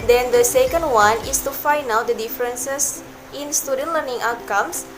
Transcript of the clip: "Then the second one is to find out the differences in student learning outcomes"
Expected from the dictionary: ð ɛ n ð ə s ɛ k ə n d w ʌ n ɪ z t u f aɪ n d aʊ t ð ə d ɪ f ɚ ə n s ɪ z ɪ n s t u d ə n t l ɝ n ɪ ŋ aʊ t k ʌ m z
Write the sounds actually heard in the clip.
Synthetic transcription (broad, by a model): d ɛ n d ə s ɛ k ə n d w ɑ n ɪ s t u f aɪ n aʊ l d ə d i f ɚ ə n s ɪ s ɪ n s t u d ə n t l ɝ n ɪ ŋ aʊ t k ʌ m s